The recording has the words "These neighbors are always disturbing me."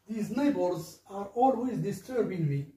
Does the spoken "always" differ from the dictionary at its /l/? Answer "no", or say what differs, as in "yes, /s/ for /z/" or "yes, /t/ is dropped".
no